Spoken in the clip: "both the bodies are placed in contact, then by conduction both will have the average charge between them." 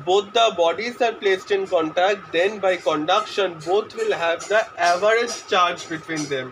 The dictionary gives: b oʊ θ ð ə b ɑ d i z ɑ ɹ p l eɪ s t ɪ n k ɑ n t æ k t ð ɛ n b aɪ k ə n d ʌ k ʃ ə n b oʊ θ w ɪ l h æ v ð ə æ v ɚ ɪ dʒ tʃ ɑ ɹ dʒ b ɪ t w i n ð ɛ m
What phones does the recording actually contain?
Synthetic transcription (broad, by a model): b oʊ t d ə b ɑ d i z ɑ ɹ p l eɪ s t ɪ n k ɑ n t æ k t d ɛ n b aɪ k ə n d ʌ k ʃ ə n b oʊ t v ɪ l h æ v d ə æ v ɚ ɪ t tʃ ɑ ɹ dʒ b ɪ t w i n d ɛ m